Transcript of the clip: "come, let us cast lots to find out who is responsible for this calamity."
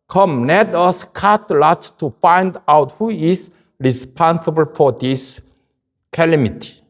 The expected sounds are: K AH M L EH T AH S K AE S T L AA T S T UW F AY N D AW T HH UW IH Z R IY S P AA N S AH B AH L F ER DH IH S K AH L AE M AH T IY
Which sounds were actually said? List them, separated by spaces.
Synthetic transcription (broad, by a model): K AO M N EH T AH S K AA T L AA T T UW F AY N D AW T HH UW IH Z R IY S P AA N S AH B AH L F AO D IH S K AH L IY M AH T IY